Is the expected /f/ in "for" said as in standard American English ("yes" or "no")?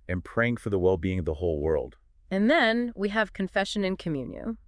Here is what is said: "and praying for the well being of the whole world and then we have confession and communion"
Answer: yes